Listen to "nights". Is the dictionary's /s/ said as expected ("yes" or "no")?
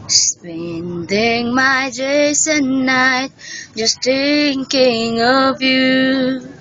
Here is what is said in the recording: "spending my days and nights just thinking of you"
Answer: no